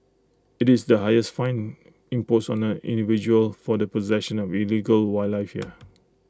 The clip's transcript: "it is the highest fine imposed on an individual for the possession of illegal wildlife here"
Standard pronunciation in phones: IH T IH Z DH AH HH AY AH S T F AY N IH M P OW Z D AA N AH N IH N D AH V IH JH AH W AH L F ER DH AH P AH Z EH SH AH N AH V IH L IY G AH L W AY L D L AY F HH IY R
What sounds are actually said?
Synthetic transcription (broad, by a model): IH T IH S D AH HH AY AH S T F AY N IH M P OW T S AA N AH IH N D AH V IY JH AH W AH L F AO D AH P AH Z EH SH AH N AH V IH L IY G AH L W AY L L AY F HH IY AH